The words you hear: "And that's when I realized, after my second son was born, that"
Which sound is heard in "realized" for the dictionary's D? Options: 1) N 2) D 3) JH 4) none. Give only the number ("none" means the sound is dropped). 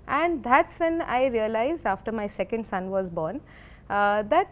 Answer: 4